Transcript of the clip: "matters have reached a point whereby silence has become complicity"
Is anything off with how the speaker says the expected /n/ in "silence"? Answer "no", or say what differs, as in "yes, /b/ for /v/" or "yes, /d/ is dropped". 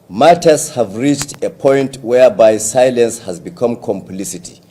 no